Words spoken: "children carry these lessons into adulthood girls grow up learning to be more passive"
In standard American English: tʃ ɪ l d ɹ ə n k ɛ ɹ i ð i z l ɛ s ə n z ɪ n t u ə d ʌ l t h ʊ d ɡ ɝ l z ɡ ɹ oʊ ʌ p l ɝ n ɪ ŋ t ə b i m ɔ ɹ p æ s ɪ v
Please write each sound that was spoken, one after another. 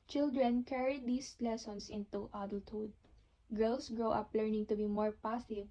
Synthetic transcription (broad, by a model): tʃ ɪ l d ɹ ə n k ɛ ɹ i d i s l ɛ s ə n s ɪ n t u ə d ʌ l t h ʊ d ɡ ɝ l s ɡ ɹ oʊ ʌ p l ɝ n ɪ ŋ t ə b i m ɔ ɹ p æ s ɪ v